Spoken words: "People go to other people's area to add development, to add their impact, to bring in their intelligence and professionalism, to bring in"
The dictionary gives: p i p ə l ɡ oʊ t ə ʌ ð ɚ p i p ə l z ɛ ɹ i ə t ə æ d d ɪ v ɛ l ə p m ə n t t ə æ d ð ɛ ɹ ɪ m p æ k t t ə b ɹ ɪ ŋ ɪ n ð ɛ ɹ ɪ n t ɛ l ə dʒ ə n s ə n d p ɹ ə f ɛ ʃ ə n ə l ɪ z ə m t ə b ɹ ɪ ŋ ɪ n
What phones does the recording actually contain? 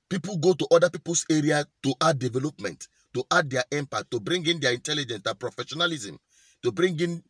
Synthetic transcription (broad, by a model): p i p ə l ɡ oʊ t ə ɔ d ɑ p i p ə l s ɛ ɹ i ə t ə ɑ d d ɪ v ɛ l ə p m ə n t t ə d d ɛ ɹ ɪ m p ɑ t t ə b ɹ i ŋ ɪ n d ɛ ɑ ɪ n t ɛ l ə dʒ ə n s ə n p ɹ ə f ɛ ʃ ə n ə l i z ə m t ə b ɹ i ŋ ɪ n